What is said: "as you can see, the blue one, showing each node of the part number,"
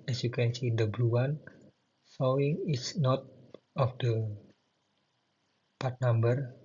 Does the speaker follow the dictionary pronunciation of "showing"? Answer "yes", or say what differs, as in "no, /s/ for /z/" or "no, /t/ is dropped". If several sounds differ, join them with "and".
no, /s/ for /ʃ/